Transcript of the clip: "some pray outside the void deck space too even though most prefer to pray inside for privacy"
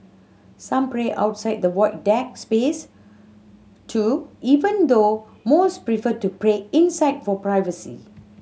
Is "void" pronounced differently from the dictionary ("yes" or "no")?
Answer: yes